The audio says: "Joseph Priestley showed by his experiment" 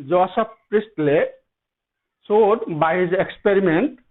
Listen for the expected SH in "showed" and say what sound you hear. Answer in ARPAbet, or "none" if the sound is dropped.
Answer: S